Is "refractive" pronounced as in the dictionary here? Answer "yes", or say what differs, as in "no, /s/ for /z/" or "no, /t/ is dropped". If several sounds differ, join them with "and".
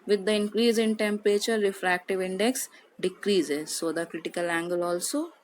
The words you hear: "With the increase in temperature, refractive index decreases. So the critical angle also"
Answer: yes